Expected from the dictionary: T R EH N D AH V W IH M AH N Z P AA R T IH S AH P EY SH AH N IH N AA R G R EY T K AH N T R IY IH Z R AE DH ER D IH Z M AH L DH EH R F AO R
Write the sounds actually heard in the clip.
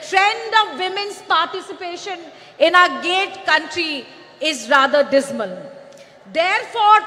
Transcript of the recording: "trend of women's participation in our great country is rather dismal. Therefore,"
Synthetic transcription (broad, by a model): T R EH N D AH V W IH M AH N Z P AA R T IH S AH P EY SH AH N IH N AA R G EY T K AH N T R IY IH Z R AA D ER D IH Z M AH L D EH R F AO R